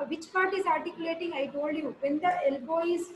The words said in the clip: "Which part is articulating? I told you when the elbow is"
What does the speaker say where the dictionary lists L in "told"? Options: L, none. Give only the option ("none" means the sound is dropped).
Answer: none